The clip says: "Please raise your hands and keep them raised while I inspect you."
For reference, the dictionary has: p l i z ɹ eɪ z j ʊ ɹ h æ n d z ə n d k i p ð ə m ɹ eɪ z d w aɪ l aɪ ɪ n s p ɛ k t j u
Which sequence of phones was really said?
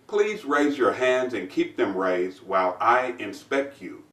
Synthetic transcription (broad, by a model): p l i z ɹ eɪ z j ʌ ɹ h æ n d z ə n k i p ð ə m ɹ eɪ z d w aɪ l aɪ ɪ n s p ɛ k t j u